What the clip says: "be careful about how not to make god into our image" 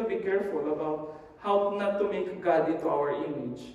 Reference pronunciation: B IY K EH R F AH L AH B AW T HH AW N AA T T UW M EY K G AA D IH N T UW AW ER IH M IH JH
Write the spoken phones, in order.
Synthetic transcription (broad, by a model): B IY K EH R F AH L AH B AW T HH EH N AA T T UW M EY K G AA D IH T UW AW ER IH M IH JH